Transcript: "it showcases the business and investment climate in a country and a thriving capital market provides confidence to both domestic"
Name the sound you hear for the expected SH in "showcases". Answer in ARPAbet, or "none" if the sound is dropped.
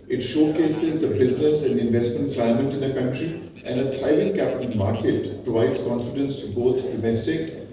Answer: SH